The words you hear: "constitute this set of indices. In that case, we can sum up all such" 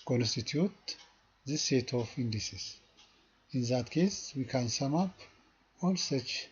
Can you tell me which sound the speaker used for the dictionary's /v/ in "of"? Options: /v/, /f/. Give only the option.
/f/